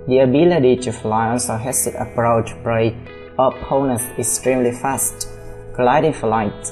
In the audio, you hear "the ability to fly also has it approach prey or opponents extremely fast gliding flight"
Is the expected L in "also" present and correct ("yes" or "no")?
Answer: no